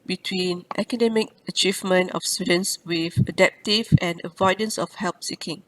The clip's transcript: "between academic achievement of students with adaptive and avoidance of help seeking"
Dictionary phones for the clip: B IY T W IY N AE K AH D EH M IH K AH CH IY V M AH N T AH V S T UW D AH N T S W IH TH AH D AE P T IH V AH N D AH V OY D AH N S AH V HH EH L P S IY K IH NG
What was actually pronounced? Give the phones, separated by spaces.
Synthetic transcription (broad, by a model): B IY T W IY N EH K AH D EH M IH K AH CH IY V M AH N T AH F S T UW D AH N S W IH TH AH D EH P T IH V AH N AH V OY D AH N S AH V HH EH L P S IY K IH NG